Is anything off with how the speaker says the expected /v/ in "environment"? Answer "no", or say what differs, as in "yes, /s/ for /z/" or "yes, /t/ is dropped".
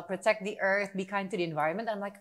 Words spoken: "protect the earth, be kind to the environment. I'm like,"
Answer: no